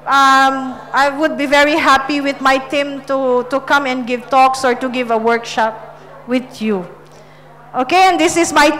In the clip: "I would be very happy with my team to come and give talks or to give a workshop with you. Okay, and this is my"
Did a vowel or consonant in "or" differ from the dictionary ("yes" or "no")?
no